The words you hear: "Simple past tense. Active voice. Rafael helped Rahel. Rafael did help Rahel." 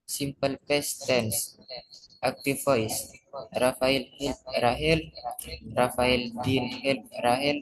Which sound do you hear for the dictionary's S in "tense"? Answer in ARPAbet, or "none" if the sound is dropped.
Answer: S